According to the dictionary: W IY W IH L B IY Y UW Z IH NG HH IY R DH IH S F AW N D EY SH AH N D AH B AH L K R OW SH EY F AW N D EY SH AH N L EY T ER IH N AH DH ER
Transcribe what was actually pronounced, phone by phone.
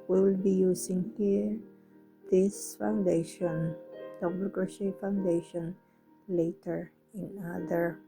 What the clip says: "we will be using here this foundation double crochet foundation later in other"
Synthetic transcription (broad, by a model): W W IH L B IY Y UW S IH NG HH IY R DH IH S F AW N D EY SH AH N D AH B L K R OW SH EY F AW N D EY SH AH N L EY T ER IH N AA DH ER